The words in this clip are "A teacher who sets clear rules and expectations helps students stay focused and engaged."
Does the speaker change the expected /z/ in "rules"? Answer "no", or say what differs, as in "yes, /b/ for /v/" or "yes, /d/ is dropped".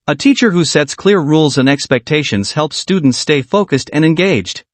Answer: no